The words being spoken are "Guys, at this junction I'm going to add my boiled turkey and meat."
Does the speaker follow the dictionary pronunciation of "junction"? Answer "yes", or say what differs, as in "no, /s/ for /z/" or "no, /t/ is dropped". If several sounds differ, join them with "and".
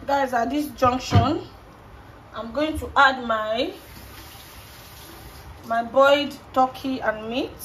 yes